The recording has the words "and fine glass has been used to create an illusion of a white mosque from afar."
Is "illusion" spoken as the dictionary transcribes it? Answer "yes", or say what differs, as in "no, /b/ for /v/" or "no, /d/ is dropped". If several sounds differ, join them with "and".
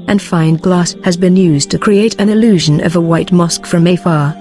yes